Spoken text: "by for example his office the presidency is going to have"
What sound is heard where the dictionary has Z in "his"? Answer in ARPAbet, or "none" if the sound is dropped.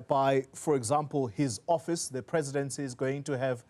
Z